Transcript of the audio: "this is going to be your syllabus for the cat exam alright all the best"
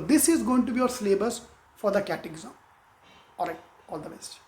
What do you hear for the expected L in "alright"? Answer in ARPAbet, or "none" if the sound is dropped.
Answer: none